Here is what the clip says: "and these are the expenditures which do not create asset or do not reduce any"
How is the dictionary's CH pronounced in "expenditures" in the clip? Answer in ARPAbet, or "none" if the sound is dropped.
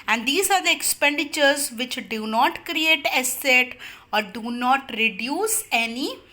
CH